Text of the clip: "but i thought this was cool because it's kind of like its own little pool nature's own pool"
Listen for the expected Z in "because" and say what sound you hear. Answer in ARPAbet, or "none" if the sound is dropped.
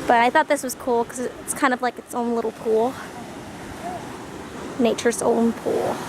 none